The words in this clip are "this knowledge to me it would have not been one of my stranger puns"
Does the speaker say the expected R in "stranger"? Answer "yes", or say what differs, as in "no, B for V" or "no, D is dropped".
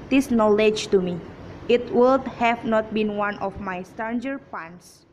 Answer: no, R is dropped